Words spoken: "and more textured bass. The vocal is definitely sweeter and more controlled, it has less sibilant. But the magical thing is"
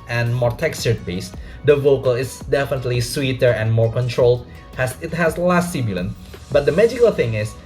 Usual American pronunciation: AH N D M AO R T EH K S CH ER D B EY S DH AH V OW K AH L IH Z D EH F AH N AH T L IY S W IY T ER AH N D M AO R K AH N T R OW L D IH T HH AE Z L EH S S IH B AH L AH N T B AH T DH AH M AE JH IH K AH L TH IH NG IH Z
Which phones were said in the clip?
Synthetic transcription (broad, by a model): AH N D M AO R T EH K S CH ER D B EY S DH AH V OW K AH L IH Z D EH F AH N AH T L IY S W IY T ER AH N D M AO R K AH N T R OW L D IH T HH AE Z L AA S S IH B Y L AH N B AH T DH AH M AE JH IH K AH L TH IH NG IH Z